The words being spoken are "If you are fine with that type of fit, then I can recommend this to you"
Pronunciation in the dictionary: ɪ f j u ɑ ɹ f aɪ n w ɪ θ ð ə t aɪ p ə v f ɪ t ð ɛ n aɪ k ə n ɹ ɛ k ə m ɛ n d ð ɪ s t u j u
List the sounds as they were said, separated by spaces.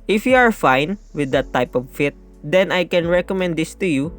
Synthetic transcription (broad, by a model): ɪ f j u ɑ ɹ f aɪ n w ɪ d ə t aɪ p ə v f ɪ t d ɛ n aɪ k ə n ɹ ɛ k ə m ɛ n d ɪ s t u j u